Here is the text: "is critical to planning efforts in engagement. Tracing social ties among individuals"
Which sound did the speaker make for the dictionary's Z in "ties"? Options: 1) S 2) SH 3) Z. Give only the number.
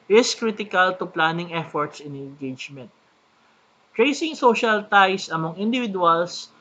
1